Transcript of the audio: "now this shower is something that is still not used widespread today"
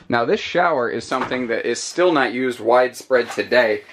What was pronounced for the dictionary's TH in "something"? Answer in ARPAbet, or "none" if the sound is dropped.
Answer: TH